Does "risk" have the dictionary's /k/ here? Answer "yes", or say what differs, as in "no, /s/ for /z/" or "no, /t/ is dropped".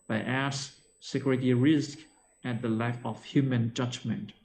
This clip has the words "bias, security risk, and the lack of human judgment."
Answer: yes